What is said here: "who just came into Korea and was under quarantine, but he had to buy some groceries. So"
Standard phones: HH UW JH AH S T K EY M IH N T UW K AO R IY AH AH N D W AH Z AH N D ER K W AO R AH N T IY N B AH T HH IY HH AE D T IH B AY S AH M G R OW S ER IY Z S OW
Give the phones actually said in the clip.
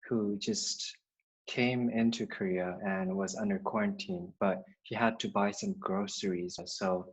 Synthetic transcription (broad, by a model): HH UW JH AH S T K EY M IH N T UW K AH R IY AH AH N W AH Z AH N D ER K W AO R AH N T IY N B AH T HH IY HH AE D T IH B AY S AH M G R OW S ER IY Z S OW